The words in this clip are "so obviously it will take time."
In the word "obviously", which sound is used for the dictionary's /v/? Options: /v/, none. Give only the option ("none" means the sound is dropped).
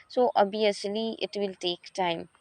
none